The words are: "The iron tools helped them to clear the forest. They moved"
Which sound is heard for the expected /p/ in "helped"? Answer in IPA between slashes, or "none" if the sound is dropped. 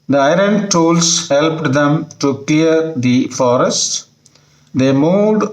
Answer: /p/